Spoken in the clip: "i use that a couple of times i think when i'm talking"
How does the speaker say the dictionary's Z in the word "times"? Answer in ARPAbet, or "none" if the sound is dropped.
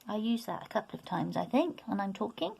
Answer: Z